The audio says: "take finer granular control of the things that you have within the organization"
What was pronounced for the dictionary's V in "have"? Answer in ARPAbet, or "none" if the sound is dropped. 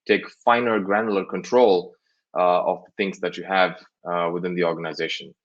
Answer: V